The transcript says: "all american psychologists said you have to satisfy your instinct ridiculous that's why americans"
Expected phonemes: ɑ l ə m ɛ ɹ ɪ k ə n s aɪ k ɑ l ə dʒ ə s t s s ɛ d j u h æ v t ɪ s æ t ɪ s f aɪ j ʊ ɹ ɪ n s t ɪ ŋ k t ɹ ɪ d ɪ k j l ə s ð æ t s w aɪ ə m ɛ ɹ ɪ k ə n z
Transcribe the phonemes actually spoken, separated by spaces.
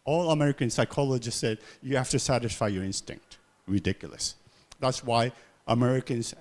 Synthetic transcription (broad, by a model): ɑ l ə m ɛ ɹ ɪ k ə n s aɪ k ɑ l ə dʒ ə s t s s ɛ d j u h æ f t ɪ s æ t ɪ s f aɪ j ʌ ɹ ɪ n s t ɪ ŋ k t ɹ ɪ d ɪ k j l ə s ð æ t s w aɪ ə m ɛ ɹ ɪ k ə n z